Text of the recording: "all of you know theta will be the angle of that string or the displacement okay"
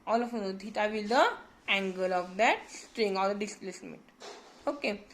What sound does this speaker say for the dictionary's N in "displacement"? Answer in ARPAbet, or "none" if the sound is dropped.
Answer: none